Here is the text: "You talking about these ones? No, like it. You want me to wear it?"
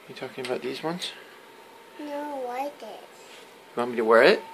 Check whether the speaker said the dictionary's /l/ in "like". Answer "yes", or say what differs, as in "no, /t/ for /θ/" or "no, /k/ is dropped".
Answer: no, /w/ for /l/